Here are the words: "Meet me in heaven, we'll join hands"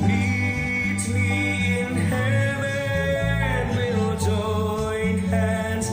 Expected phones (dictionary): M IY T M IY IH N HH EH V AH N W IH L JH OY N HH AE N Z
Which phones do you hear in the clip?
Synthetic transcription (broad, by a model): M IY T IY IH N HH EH W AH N W IH L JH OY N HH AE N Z